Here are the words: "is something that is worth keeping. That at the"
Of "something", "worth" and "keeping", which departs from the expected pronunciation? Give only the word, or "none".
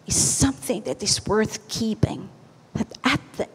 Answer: none